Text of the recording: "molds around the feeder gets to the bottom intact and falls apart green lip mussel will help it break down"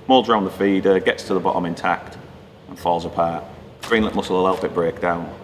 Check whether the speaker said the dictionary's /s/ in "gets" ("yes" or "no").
yes